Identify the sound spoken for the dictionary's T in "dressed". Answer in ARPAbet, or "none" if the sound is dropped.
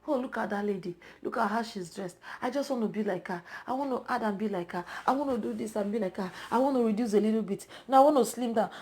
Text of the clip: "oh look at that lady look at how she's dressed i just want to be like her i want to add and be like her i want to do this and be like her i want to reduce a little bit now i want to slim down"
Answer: T